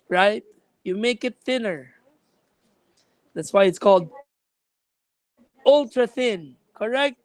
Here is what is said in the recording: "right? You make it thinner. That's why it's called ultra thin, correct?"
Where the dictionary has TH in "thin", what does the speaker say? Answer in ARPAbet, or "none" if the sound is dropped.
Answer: TH